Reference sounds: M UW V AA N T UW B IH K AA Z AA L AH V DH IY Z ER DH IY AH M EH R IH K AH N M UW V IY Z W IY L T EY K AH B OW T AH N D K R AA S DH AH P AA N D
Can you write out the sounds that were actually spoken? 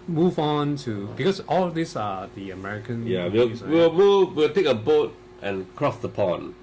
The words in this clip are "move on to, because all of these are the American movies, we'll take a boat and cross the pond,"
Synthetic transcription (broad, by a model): M UW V AA N T UW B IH K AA S AA L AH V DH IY S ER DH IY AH M EH R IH K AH N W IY W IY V W IY L T EY K AH B OW T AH N K R AA S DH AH P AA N